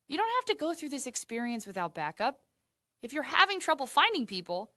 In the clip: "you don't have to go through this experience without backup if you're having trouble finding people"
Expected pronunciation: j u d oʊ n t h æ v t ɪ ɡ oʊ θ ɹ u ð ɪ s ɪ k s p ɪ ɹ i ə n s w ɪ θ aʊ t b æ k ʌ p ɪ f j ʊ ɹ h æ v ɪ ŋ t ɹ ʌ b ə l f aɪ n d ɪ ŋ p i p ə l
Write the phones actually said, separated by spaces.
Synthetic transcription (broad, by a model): j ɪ d oʊ n t h æ f t ɪ ɡ oʊ θ ɹ u ð ɪ s ɪ k s p ɪ ɹ i ə n s w ɪ θ aʊ t b æ k ʌ p ɪ f j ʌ ɹ h æ v ɪ ŋ t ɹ ʌ b l f aɪ n d ɪ ŋ p i p l